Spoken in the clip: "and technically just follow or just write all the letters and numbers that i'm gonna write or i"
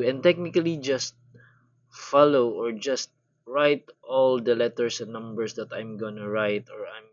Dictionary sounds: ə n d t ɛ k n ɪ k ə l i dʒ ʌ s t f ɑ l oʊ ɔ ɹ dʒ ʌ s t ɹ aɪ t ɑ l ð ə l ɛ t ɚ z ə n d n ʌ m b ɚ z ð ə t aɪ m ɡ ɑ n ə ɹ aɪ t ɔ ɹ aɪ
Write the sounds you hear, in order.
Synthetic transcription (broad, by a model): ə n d t ɛ k n ɪ k ə l i dʒ ʌ s t f ɑ l oʊ ɔ ɹ dʒ ʌ s t ɹ aɪ t ɑ l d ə l ɛ t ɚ s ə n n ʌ m b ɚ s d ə t aɪ m ɡ ɑ n ə ɹ aɪ t ɔ ɹ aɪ